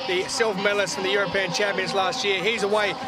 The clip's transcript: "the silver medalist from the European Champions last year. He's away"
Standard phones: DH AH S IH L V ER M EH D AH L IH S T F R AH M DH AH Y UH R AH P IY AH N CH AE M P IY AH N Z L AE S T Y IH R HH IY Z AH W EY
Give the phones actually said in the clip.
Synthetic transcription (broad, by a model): DH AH S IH L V M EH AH L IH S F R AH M DH AH Y UH R AH P IY AH N CH AE M P IY AH N Z L AE S T Y IH R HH IY Z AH W EY